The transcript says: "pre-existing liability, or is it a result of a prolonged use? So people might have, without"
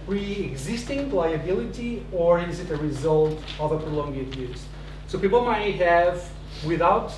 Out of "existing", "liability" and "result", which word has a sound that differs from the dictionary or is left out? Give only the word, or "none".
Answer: none